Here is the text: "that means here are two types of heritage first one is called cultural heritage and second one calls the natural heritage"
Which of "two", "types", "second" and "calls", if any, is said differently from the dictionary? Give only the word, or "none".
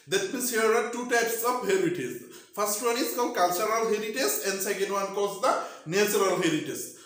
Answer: calls